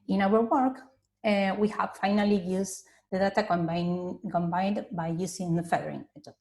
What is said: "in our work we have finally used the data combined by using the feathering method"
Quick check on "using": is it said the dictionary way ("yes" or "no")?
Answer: no